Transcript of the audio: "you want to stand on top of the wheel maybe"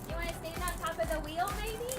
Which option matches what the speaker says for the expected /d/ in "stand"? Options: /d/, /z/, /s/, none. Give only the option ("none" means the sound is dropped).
none